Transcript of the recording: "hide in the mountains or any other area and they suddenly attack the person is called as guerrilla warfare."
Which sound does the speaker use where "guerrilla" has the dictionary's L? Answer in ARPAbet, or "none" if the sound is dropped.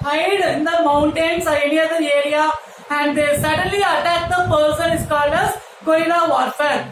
N